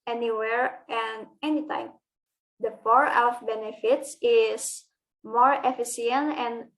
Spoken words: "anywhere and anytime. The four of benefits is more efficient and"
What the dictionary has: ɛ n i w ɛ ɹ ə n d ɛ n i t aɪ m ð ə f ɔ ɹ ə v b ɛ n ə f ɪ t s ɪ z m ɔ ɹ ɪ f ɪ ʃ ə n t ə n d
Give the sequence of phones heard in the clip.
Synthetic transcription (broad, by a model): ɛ n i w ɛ ɹ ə n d ɛ n i t aɪ m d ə p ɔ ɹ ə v b ɛ n ə f ɪ t s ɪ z m ɔ ɹ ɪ f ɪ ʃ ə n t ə n